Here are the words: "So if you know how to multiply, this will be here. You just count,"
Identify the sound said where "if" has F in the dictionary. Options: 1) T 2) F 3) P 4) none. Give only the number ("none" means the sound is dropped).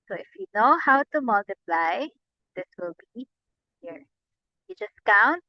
2